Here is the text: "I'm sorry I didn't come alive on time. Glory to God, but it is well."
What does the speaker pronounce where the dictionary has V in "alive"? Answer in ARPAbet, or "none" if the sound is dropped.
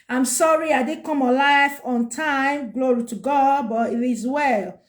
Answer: F